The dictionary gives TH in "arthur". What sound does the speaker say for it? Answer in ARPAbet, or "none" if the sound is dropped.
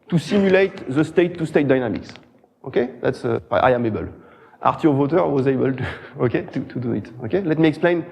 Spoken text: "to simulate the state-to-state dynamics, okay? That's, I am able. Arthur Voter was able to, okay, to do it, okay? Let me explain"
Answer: T